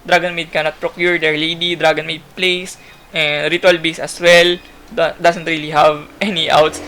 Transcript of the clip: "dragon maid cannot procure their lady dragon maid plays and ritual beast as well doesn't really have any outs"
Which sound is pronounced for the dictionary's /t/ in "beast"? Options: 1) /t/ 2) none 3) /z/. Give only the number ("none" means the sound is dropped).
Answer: 2